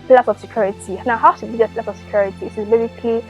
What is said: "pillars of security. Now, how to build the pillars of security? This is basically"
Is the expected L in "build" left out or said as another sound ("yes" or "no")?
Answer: yes